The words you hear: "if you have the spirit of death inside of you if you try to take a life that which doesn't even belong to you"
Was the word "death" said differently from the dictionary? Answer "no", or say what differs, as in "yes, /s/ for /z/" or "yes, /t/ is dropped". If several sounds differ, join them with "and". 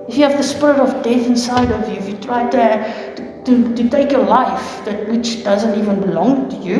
no